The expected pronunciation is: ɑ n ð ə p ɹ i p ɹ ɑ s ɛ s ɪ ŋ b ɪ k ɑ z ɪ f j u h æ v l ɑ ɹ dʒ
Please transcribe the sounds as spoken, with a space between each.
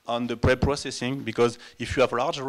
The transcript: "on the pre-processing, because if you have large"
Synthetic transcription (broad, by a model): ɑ n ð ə p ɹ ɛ p ɹ ɑ s ɛ s ɪ ŋ b ɪ k ɑ z ɪ f j u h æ v l ɑ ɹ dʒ